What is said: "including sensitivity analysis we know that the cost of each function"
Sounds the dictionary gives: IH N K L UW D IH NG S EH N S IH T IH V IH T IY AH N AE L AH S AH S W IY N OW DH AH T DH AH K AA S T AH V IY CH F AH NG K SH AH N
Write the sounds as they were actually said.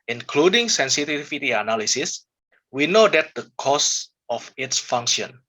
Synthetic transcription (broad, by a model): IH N K L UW D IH NG S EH N S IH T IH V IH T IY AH N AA L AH S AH S W IY N OW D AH T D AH K AA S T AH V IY S F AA NG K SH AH N